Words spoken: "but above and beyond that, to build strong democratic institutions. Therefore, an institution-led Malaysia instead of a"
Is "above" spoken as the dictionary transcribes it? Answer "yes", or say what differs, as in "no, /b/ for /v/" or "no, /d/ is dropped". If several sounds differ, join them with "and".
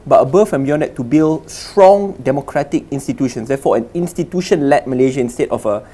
no, /f/ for /v/